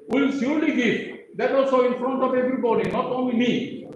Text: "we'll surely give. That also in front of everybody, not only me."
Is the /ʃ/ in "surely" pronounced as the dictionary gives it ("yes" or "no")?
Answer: no